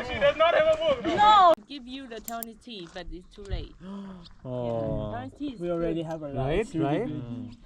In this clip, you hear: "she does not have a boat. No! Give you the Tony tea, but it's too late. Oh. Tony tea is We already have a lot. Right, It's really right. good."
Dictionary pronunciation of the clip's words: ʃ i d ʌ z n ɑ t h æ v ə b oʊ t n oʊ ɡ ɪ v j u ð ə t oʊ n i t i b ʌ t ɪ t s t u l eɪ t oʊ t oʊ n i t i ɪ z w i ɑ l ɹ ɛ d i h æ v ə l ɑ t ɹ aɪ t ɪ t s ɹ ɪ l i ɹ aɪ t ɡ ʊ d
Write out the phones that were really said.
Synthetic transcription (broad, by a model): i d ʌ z n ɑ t h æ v ə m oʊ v n oʊ ɡ ɪ v j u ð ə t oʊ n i t i b ʌ t ɪ t s t u l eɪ ɪ t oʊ i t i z w i ɑ l ɹ ɛ d i h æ v ə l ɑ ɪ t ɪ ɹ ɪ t